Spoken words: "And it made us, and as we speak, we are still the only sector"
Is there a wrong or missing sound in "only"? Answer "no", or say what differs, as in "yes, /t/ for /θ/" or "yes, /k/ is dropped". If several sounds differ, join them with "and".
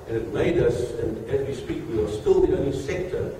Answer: yes, /l/ is dropped